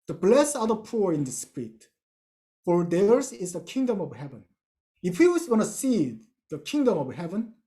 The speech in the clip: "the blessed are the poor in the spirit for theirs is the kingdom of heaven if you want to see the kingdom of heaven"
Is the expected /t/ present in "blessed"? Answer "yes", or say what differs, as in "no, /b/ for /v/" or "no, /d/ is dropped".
no, /t/ is dropped